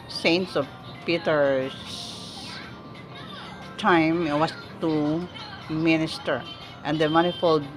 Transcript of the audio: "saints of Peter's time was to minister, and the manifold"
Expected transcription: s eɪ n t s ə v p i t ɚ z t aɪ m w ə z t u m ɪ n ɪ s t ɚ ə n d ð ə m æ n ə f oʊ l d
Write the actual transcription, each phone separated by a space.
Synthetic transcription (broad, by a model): s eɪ n t s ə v p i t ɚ s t aɪ m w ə s t u m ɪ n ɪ s t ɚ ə n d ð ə m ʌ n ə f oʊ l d